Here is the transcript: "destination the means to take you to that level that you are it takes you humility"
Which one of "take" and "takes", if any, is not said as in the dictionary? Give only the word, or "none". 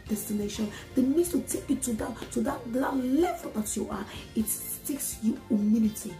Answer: none